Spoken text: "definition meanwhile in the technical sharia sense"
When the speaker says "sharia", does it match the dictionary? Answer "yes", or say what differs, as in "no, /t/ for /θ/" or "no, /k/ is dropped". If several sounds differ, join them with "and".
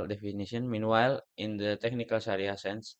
no, /s/ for /ʃ/